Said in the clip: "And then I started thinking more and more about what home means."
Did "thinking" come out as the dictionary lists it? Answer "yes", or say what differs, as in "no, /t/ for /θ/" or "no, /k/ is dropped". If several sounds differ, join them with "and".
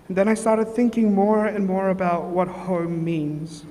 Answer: yes